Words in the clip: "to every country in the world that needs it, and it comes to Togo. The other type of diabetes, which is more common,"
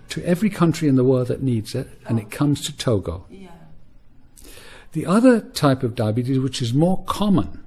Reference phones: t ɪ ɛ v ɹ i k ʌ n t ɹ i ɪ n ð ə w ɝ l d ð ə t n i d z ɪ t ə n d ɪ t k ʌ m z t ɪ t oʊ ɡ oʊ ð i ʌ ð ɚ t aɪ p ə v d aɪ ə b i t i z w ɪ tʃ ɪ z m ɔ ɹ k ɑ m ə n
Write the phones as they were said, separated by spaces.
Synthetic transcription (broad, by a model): t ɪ ɛ v ɹ i k ʌ n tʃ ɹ i ɪ n ð ə w ɝ l d ð ə t n i d z ɪ t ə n ɪ t k ʌ m z t ɪ t oʊ ɡ oʊ ð i ʌ ð ɚ t aɪ p ə v d aɪ ə b i t i z w ɪ tʃ ɪ z m ɔ ɹ k ɑ m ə n